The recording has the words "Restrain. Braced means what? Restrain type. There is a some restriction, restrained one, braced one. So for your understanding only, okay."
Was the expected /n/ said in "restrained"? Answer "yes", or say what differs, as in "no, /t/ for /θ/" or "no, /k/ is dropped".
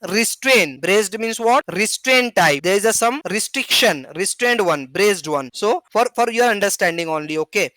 yes